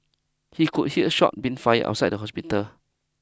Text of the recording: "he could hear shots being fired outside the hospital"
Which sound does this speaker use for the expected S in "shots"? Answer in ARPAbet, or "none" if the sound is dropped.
none